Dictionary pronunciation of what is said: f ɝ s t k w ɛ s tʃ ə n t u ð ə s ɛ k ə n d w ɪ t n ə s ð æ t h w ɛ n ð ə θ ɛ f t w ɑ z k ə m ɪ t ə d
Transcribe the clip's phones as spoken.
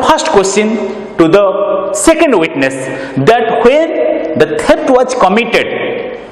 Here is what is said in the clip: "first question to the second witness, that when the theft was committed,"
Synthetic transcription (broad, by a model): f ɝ s t k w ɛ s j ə n t u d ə s ɛ k ə n d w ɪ t n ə s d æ t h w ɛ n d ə t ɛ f t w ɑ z k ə m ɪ t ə d